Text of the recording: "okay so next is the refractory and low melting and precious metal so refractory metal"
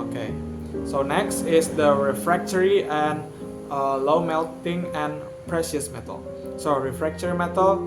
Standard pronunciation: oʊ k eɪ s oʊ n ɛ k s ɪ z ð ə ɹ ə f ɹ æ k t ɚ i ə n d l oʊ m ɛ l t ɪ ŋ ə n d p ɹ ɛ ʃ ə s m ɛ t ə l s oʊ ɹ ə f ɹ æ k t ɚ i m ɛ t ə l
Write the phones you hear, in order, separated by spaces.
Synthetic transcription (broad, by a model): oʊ k eɪ s oʊ n ɛ k s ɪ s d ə ɹ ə f ɹ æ k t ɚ i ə n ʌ l oʊ m ɛ l t ɪ ŋ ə n p ɹ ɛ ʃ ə s m ɛ t ə l s oʊ ɹ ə f ɹ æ k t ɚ i m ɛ t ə l